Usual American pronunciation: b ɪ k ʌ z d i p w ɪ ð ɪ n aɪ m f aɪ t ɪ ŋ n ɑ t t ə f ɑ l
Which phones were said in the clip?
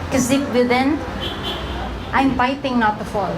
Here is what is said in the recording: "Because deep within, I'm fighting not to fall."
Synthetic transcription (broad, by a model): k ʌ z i f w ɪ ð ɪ n aɪ m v aɪ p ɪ ŋ n ɑ t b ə f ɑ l